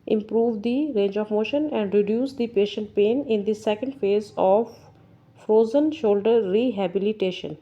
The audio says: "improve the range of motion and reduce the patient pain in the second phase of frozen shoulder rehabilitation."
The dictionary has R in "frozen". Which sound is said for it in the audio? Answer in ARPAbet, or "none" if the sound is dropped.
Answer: R